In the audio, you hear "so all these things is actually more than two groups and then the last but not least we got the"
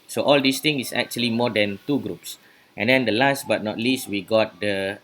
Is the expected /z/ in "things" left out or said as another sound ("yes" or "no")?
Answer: yes